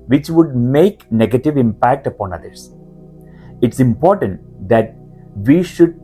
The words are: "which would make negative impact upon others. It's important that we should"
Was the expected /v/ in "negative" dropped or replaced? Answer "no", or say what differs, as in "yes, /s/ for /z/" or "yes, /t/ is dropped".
no